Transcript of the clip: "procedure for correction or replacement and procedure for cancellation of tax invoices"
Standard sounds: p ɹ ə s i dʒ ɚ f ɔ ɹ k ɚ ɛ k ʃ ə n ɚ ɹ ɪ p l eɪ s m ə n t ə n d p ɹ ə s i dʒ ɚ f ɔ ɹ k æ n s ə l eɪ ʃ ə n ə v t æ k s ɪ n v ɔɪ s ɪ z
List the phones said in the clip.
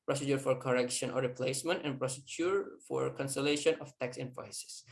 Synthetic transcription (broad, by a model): p ɹ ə s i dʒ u f ɔ ɹ k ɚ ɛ k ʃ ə n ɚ ɹ ɪ p l eɪ s m ə n t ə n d p ɹ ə s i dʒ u f ɔ ɹ k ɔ n s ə l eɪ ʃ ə n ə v t æ k s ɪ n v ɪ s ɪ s